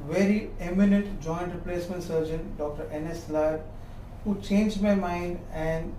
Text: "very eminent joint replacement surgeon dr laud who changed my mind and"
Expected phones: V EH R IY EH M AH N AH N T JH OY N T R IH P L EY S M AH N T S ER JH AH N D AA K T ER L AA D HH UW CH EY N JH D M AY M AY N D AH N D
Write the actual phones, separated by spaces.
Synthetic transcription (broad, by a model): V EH R IY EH M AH N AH N T JH OY N T R IH P L EY S M AH N T S ER JH AH N D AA K T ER L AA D HH UW CH EY N JH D M AY M AY N D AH N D